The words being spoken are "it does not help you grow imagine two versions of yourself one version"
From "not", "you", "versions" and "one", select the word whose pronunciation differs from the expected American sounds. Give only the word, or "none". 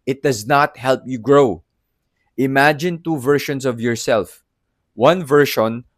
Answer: versions